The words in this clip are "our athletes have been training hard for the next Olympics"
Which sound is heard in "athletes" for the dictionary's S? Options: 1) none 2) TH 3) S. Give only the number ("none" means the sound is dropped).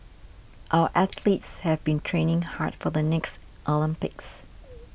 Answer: 3